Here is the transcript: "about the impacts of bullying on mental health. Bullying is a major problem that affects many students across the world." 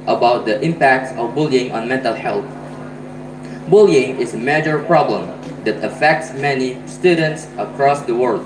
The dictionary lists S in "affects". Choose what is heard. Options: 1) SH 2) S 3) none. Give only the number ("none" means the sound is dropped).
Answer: 2